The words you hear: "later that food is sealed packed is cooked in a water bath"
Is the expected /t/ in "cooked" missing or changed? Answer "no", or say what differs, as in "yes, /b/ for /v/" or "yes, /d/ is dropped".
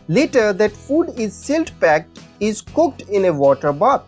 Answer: no